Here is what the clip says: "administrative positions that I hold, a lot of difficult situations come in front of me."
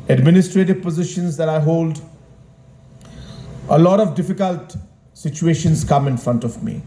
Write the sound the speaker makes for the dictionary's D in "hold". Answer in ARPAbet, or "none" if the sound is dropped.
D